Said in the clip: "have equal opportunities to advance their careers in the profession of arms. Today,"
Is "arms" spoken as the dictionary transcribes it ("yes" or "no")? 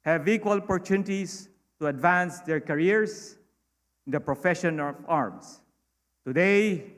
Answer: no